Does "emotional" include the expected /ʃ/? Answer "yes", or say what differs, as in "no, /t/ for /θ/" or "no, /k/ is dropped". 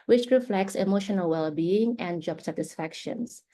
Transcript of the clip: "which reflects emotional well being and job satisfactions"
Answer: yes